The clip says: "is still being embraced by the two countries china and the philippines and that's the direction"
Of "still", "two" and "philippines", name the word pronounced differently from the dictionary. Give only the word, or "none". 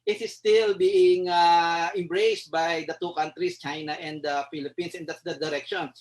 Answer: philippines